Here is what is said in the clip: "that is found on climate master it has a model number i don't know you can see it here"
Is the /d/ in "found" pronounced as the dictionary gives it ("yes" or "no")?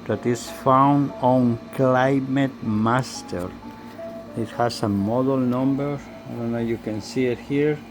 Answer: yes